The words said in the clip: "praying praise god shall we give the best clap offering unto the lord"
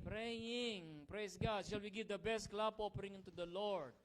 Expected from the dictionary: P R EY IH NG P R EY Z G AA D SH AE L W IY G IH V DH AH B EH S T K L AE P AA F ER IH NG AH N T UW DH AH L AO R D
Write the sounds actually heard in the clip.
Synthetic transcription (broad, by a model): P R EY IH NG P R EY S G AA D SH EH L W IY G IH V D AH B EH S T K L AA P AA P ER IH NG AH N T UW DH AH L AO R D